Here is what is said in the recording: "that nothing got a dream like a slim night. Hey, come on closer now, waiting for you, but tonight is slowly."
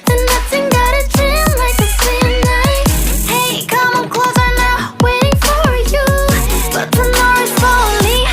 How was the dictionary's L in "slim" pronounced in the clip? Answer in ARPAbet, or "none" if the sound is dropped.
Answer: none